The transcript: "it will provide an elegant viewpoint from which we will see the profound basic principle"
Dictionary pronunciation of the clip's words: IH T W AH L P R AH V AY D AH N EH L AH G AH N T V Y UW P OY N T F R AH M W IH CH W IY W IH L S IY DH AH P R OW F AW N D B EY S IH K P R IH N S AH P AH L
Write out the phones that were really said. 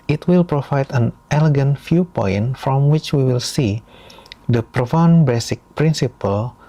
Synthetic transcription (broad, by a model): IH T W AH L P R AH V AY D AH N EH L AH G AH N T F Y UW P OY N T F R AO M W IH CH W IY W IH L S IY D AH P R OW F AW N B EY S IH K P R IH N S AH P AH L